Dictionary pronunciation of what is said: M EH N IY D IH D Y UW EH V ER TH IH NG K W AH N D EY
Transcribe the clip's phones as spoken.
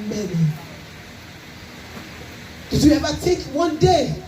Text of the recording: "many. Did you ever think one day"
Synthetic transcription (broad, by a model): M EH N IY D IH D Y UW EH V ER T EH K W AH N D EY